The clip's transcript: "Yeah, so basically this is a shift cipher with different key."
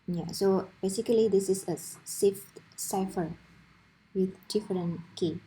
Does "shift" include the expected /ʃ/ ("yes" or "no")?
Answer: no